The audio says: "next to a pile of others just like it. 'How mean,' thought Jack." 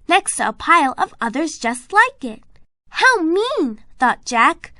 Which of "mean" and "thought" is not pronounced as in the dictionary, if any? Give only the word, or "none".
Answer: none